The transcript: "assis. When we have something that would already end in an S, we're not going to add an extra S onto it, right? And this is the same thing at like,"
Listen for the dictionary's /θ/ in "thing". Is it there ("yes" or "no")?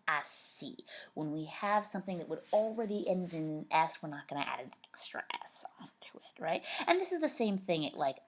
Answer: yes